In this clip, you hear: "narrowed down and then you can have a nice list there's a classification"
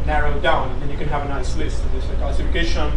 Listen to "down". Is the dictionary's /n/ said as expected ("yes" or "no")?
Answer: no